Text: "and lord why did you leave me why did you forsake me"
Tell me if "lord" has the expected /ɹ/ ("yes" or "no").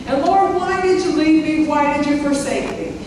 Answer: yes